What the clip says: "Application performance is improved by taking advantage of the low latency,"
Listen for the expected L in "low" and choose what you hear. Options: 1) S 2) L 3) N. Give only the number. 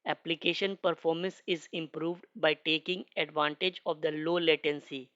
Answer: 2